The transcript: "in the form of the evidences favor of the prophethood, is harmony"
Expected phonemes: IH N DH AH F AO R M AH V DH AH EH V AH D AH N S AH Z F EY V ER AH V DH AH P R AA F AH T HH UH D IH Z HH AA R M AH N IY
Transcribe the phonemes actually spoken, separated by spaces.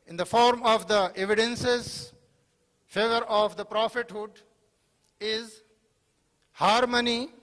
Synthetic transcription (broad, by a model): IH N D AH F AO R M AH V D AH EH V AH D AH N S AH Z F EY V ER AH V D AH P R AA F AH T HH UH D IH Z HH AA R M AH N IY